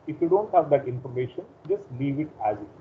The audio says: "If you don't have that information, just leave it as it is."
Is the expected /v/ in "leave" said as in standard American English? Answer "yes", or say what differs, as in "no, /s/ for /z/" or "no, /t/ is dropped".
yes